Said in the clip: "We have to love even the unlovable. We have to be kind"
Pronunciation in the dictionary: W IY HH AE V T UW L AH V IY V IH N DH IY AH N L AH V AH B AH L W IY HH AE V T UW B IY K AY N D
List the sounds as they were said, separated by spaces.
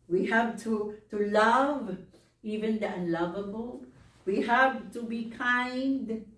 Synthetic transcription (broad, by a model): W IY HH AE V T UW L AH V IY V IH N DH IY AH N L AH V AH B AH L W IY HH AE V T UW B IY K AY N D